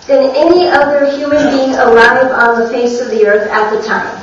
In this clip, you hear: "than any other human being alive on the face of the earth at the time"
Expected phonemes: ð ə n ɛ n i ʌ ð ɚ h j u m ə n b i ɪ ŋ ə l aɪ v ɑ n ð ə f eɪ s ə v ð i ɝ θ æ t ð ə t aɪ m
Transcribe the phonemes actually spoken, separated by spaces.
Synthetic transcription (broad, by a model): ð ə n ɛ n i ʌ ð ɚ h j u m ə n b i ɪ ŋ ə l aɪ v n ð ə f eɪ s ə v ð i ɝ θ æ t ð ə t aɪ m